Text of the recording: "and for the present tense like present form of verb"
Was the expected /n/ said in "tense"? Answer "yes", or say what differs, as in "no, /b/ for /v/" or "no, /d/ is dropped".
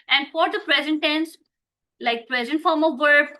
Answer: yes